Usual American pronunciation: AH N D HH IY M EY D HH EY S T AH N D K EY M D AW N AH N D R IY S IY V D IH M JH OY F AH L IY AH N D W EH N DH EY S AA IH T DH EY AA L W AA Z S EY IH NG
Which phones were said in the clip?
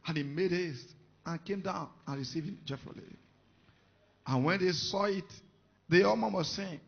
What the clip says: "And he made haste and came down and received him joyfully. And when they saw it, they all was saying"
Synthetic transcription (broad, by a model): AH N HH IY M EY D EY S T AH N K EY M D AW N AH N R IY S IY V IH M JH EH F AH L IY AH N W EH N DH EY S AA IH T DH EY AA N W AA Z S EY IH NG